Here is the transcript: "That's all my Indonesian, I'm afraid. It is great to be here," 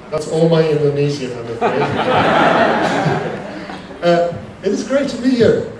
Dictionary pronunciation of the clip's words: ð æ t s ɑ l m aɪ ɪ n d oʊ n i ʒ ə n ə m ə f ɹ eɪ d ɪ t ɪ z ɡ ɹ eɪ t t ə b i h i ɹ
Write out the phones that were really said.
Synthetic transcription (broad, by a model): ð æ t s ɑ l m aɪ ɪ n d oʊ n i z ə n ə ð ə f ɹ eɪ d ɪ t ɪ z ɡ ɹ eɪ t t ə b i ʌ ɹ